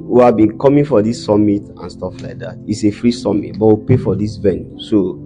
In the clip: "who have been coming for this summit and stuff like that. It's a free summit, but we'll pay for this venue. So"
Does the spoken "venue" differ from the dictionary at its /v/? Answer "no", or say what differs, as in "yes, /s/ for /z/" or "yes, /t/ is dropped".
no